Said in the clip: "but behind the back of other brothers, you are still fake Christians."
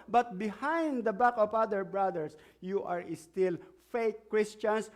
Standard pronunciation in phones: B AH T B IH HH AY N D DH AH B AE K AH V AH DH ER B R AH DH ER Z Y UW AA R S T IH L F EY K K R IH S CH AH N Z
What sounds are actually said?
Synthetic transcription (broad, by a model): B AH T B IH HH AY N D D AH B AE K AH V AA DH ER B R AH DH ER S Y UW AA R S T IH L F EY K K R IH S CH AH N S